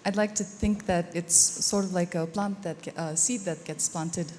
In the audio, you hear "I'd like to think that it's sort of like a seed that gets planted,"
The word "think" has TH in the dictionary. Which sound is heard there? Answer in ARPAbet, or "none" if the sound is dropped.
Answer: TH